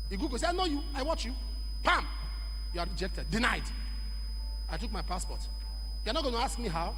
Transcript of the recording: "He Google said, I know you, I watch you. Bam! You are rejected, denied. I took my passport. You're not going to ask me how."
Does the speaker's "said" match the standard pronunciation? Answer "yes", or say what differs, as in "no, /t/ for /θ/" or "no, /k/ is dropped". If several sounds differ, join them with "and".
no, /d/ is dropped